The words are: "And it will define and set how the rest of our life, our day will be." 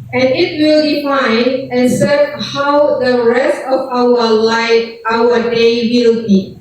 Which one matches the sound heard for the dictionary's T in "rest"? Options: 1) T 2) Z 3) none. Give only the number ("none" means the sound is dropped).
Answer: 1